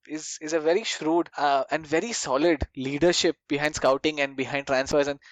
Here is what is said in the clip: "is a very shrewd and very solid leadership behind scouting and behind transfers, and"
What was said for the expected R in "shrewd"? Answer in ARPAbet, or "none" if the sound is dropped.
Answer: R